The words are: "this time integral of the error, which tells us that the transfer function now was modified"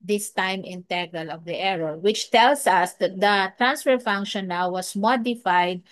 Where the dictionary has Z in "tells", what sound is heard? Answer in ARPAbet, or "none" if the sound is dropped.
S